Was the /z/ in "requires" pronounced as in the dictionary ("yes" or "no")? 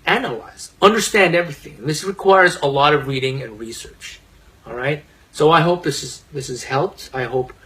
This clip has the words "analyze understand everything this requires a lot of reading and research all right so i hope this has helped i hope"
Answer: yes